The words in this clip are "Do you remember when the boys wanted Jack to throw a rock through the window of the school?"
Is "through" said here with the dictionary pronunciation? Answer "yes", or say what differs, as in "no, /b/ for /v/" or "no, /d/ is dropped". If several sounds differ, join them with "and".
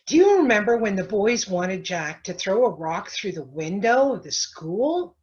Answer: yes